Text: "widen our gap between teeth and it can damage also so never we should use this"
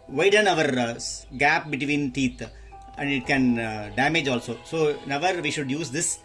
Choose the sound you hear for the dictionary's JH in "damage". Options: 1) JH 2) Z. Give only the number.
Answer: 1